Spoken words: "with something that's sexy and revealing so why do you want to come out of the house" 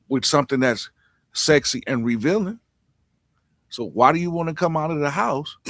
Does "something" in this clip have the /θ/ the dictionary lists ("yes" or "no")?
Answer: yes